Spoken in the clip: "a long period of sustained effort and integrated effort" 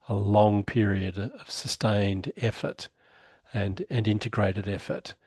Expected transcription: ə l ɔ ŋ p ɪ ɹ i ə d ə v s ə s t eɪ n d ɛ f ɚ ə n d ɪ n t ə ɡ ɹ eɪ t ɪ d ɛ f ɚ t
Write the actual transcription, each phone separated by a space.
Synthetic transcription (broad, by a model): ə l ɔ ŋ p ɪ ɹ i ə d ə v s ə s t eɪ n d ɛ f ɚ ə n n ɪ n t ə ɡ ɹ eɪ t ɪ d ɛ f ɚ t